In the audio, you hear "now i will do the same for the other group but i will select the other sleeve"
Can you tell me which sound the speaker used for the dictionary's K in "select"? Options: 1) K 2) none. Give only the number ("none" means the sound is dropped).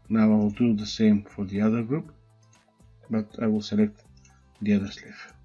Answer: 1